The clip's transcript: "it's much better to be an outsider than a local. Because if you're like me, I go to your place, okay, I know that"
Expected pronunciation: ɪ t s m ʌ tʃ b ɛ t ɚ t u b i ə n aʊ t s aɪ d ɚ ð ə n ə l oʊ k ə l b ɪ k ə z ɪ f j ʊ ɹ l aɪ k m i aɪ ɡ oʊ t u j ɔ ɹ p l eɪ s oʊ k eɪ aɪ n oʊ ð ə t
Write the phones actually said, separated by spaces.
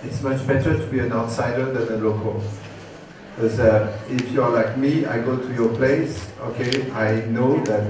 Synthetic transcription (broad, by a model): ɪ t s m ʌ tʃ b ɛ t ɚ t u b i ə n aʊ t s aɪ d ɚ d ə n ə l oʊ k ə l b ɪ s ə ɪ f j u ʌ l aɪ k m i aɪ ɡ oʊ t u j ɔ p l eɪ s oʊ k eɪ aɪ n oʊ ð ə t